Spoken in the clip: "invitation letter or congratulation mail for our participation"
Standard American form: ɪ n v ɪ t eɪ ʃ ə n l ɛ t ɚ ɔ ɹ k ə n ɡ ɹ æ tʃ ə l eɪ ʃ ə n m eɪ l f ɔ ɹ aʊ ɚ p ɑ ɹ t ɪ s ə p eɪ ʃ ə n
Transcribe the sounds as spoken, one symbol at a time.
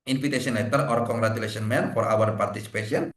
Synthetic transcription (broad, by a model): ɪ n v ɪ t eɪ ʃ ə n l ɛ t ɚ ɔ ɹ k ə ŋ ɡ ɹ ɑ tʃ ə l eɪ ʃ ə n m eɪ n f ɔ ɹ aʊ ɚ p ɑ ɹ t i s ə p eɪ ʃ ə n